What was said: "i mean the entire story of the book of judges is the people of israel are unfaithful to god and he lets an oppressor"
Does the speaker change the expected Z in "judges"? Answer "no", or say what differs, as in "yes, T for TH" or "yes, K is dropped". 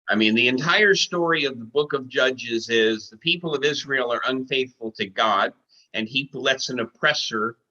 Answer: no